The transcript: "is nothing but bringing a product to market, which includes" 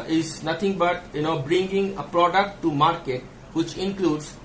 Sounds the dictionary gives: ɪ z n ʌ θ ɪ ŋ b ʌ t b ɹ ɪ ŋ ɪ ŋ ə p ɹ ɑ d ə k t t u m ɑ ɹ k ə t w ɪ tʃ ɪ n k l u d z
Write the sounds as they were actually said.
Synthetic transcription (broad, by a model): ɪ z n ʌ t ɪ ŋ b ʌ t b ɹ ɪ ŋ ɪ ŋ ə p ɹ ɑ d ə k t t u m ɑ ɹ k ə t w ɪ tʃ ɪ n k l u d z